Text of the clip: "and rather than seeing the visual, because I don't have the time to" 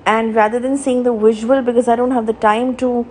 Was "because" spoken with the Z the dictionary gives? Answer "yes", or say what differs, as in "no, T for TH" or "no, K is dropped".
yes